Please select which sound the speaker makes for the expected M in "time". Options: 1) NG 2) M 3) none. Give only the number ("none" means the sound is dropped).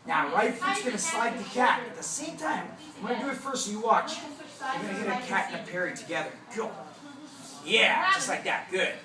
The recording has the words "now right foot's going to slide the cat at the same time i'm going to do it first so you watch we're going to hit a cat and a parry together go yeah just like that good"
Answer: 3